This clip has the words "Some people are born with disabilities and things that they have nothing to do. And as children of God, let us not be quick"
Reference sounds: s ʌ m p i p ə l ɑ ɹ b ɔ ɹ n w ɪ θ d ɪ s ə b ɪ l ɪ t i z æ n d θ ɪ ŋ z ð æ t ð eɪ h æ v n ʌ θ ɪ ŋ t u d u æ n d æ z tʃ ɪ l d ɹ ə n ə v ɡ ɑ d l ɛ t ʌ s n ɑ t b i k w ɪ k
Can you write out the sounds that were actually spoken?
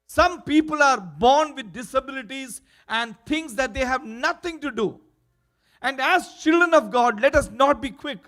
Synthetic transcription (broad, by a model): s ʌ m p i p ə l ɑ ɹ b ɔ ɹ n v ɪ d ɪ s ə b ɪ l ɪ t i z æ n d t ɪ ŋ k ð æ t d eɪ h æ v n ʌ t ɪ ŋ t u d u æ n d æ z tʃ ɪ l d ɹ ə n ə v ɡ ɑ d l ɛ t ʌ s n ɑ t b i k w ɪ k